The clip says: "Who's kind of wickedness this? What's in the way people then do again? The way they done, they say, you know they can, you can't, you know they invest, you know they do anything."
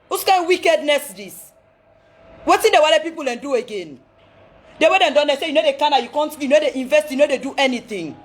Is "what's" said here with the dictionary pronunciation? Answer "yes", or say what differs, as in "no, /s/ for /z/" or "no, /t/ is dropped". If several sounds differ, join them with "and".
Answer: no, /s/ is dropped